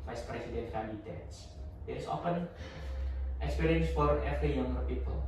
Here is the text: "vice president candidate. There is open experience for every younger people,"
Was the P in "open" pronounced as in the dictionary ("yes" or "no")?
no